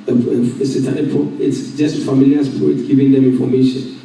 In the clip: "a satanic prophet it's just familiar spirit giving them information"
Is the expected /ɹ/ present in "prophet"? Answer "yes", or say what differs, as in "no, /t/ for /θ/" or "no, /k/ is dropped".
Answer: no, /ɹ/ is dropped